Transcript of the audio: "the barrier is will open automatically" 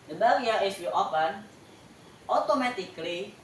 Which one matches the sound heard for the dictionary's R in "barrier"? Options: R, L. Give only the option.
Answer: L